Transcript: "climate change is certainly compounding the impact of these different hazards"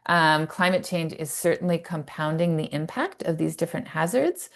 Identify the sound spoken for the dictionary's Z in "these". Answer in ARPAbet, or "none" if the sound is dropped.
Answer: Z